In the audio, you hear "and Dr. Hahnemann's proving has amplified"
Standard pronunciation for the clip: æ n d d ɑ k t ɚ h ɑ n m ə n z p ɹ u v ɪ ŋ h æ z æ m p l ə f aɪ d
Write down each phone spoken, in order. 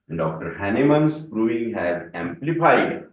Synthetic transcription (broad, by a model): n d d ɑ k t ɚ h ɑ n m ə n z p ɹ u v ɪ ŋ h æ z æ m p l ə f aɪ d